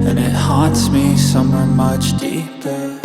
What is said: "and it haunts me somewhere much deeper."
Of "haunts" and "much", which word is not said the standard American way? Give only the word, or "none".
haunts